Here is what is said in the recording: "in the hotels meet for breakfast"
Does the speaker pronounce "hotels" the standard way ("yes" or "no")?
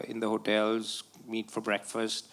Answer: yes